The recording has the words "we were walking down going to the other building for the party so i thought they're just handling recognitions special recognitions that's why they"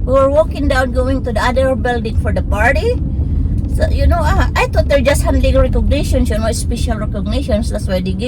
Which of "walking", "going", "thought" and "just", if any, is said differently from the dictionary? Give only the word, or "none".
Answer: thought